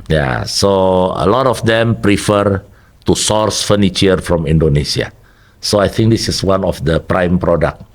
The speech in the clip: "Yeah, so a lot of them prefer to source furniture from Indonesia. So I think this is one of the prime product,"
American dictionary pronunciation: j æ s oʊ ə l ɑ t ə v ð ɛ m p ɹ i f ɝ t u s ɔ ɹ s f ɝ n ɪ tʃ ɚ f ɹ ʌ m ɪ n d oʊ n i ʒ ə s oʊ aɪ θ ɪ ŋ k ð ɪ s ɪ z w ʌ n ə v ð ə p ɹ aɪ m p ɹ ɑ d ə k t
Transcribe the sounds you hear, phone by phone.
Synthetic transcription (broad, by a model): j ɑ s oʊ ə l ɑ t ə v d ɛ m p ɹ i f ɝ t u s ɔ ɹ s f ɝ n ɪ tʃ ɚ f ɹ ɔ m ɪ n d oʊ n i s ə s oʊ aɪ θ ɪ ŋ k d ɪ s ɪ s w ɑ n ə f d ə p ɹ aɪ m p ɹ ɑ d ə k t